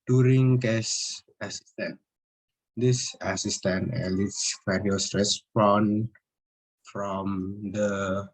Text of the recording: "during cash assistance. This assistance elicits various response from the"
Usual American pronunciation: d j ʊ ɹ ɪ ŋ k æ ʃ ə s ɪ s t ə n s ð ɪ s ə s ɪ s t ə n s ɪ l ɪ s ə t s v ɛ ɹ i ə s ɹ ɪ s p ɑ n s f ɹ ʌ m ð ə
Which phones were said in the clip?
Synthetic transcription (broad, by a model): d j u ɹ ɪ ŋ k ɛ s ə s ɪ s t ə n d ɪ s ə s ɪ s t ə n ɪ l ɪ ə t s f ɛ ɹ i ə s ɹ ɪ s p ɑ n f ɹ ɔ m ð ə